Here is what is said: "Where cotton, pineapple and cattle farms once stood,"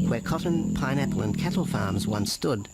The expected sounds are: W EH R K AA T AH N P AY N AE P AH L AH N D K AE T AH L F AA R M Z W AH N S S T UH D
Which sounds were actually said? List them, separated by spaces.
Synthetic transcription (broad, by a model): W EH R K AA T N P AY N AE P AH L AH N K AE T L F AA R M Z W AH N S S T UH D